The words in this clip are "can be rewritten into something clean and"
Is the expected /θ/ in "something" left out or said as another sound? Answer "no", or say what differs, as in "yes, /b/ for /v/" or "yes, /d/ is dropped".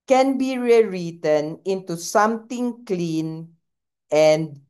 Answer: yes, /t/ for /θ/